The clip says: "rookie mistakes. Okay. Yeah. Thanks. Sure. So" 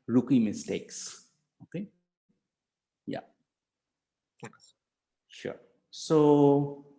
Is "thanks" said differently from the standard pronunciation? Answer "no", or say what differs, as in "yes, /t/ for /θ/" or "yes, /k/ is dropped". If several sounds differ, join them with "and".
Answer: yes, /ŋ/ is dropped